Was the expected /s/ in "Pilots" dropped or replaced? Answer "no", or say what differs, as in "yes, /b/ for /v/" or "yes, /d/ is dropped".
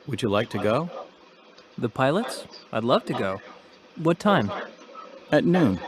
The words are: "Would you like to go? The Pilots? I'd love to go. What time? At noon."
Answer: no